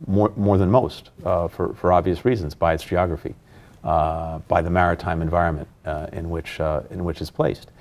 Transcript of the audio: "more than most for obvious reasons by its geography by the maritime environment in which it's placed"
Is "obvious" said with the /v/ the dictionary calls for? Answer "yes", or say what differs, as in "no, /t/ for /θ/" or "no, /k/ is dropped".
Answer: yes